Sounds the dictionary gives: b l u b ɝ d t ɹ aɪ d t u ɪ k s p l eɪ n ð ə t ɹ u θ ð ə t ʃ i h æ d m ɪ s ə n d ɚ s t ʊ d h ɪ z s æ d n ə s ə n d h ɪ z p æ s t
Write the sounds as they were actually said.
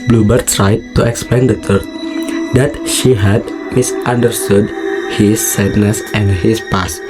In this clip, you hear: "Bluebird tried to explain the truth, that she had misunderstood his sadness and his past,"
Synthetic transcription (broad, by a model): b l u b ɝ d t ɹ aɪ d t u ɪ k s p l eɪ n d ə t u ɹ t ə t ʃ i h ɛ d m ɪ s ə n d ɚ s t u d h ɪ s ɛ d n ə s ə n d h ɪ s p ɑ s